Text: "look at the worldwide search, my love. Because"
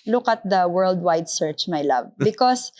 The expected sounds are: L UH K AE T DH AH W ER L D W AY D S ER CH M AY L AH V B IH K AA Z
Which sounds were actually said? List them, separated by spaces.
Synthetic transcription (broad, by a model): L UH K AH T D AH W ER L D W AY D S ER CH M AY L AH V B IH K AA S